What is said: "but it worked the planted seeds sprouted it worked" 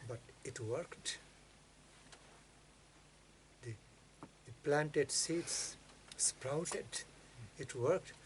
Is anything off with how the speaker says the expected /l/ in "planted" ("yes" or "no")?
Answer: no